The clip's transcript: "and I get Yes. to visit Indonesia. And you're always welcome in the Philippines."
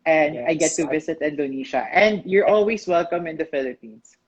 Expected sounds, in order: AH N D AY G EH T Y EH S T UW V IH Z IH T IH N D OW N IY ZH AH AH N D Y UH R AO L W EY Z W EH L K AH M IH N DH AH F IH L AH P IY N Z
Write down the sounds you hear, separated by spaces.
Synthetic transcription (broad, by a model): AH N D AY G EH EH T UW V IH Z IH T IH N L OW N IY SH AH AH N D Y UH R AO L W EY S W EH L K AH M IH N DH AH F IH L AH P IY N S